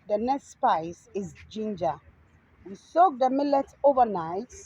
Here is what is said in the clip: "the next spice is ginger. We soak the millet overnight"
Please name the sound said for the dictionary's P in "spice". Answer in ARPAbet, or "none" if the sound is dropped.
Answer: P